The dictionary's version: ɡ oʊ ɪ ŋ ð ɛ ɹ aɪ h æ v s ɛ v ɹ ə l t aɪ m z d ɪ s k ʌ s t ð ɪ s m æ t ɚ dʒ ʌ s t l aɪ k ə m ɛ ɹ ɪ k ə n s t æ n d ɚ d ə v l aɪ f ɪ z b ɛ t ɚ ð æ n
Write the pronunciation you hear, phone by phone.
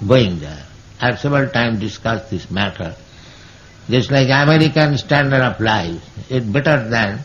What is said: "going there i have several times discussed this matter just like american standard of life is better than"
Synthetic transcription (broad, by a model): ɡ oʊ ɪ ŋ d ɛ ɹ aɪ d s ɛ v ɹ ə l t aɪ m d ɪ s k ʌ s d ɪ s m æ t ɚ dʒ ʌ s t l aɪ k ə m ɛ ɹ ɪ k ə n s t æ n d ɚ d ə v l aɪ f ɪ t b ɛ t ɚ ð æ n